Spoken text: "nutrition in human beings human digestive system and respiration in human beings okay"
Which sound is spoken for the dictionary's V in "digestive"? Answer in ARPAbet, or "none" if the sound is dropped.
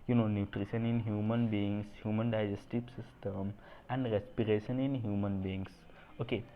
P